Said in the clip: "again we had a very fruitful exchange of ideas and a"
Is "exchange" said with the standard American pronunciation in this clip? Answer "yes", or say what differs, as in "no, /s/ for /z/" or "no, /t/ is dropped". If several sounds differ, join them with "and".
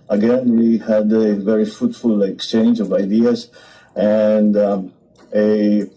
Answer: yes